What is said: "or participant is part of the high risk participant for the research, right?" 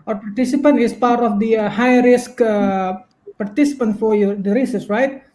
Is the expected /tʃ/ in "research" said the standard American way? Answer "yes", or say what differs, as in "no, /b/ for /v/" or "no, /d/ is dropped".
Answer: no, /s/ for /tʃ/